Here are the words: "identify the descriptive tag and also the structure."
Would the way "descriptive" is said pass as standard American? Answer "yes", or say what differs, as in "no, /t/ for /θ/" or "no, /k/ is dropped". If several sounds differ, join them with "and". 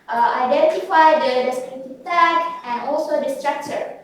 no, /p/ is dropped